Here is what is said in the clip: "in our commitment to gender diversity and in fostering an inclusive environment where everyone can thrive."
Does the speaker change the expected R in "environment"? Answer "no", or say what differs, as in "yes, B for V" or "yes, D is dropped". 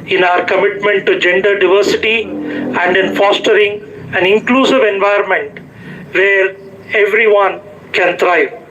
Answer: yes, R is dropped